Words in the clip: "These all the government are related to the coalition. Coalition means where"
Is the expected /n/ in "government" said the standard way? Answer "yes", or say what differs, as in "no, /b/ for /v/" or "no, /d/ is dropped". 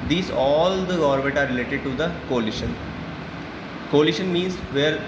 no, /n/ is dropped